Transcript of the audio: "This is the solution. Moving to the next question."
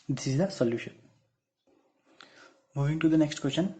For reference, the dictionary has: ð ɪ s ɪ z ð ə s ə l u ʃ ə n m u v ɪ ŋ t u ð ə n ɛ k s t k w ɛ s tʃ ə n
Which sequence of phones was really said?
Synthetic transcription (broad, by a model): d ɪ s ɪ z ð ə s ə l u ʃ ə n m u v ɪ ŋ t u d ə n ɛ k s t k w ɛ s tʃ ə n